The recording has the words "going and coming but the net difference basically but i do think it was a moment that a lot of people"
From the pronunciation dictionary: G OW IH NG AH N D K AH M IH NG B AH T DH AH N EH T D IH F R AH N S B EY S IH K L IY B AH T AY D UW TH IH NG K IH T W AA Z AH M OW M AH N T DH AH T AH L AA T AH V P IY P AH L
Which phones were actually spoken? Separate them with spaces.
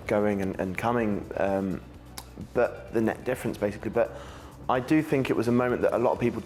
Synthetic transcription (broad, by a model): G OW IH NG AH N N K AH M IH NG B AH T DH AH N EH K D IH F R AH N S B EY S IH K L IY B AH T AY D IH TH IH NG K IH T W AA Z AH M OW M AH N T DH AH T AH L AA T AH V P IY P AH L